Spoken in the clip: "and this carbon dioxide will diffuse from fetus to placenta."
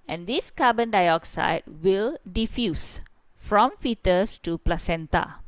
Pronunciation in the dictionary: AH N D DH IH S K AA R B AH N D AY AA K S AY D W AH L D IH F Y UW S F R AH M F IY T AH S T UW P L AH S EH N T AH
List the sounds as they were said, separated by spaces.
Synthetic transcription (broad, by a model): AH N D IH S K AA B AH N D AY AA K S AY D W AH L D IH F Y UW S F R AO M F IY T AH S T UW P L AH S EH N T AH